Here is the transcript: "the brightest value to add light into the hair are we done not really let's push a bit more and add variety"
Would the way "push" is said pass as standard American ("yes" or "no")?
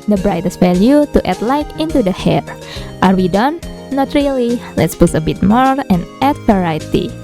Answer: no